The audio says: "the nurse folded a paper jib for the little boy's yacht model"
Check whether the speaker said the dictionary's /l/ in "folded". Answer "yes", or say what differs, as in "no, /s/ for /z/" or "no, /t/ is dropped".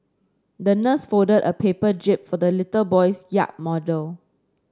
no, /l/ is dropped